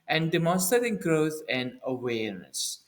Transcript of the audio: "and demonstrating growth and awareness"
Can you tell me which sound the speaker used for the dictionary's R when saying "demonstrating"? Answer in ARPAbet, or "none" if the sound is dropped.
none